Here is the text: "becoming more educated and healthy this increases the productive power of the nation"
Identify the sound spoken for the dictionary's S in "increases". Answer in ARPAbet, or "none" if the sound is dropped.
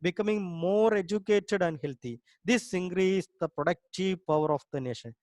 none